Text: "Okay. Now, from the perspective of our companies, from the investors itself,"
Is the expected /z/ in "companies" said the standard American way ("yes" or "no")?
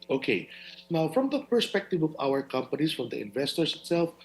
no